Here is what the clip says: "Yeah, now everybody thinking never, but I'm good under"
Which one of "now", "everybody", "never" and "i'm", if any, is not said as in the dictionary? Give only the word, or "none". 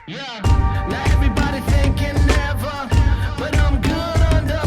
now